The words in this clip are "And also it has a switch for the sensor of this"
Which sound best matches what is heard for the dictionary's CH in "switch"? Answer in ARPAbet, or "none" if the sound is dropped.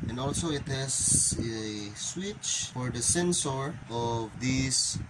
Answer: CH